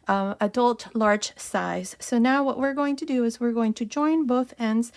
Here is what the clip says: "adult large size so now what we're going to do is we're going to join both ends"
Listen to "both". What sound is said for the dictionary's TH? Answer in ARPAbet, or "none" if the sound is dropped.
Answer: TH